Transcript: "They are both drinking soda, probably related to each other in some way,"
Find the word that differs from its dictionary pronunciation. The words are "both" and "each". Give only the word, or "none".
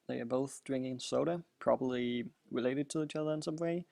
none